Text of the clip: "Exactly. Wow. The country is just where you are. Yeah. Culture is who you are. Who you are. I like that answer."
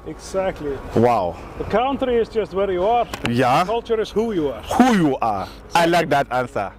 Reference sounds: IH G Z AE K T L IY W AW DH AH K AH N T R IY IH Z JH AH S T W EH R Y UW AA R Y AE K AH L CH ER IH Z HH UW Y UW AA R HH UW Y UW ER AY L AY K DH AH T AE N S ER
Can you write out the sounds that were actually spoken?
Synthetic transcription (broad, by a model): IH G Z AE K T L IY W AW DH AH K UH N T R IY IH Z JH AH S T W EH R Y UW AA R Y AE K AH L CH ER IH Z HH UW Y UW AA R HH UW Y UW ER AY L AY K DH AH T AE N S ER